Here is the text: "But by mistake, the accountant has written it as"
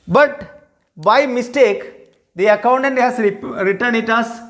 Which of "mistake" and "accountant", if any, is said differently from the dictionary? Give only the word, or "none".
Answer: none